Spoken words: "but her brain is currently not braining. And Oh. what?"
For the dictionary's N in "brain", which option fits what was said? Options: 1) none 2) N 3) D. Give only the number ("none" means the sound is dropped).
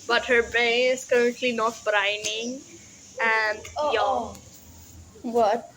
1